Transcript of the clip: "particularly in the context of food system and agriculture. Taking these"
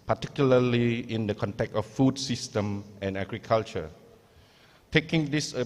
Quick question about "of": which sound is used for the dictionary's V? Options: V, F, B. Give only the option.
F